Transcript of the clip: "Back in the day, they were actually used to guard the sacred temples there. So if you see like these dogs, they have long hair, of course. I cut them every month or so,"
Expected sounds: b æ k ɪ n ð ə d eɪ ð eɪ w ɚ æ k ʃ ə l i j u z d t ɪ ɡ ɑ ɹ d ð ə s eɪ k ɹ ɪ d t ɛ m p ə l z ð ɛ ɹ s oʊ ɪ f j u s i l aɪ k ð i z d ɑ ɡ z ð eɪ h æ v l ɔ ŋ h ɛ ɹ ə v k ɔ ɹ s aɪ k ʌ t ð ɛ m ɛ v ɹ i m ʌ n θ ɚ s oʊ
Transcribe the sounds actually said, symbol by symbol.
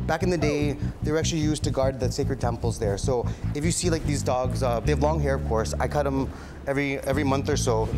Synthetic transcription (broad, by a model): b æ k ɪ n ð ə d eɪ ð eɪ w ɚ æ k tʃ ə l i j u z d t ɪ ɡ ɑ ɹ d ð ə s eɪ k ɹ ɪ d t ɛ m p l z ð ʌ ɹ s oʊ ɪ f j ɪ s i l aɪ k ð i z d ɑ ɡ z ð eɪ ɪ v l ɔ ŋ h ɛ ɹ ə v k ɔ ɹ s aɪ k ʌ t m ɛ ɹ ɛ v ɹ i m ʌ n θ ɚ s oʊ